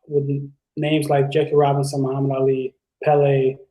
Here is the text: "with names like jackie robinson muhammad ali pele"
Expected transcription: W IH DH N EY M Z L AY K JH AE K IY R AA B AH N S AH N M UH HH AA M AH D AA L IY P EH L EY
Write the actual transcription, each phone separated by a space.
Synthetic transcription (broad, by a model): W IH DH N EY M Z L AY K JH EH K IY R AA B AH N S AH N M UH HH AA M AH D AA L IY P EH L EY